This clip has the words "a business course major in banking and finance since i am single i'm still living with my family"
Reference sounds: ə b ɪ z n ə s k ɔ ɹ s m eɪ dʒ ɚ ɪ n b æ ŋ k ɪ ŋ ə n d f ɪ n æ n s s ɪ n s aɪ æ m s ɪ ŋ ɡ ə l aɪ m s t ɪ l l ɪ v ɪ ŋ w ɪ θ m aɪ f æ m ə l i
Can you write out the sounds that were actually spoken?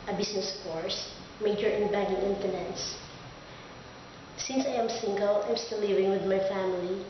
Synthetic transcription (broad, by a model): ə b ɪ s n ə s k ɔ ɹ s m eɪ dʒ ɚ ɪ n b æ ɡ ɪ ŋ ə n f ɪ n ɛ n s s ɪ n s aɪ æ m s ɪ ŋ ɡ ə l aɪ m s t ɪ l l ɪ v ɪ ŋ w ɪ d m aɪ f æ m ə l i